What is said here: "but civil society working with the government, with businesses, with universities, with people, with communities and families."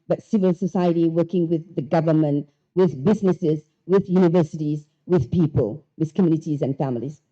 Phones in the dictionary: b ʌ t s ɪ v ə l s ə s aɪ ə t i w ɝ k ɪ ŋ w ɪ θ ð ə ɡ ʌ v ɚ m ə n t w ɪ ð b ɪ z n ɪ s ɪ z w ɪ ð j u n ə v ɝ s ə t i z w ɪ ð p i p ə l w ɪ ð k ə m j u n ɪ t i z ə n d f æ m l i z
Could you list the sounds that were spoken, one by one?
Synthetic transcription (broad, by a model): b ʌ t s ɪ v ə l s ə s aɪ ə t i w ɝ k ɪ ŋ w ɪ ð ə ɡ ʌ v ɚ m ə n t w ɪ ð b ɪ z n ɪ s ɪ z w ɪ ð j u n ə v ɝ s ə t i z w ɪ ð p i p ə l w ɪ ð k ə m j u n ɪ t i z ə n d f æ m l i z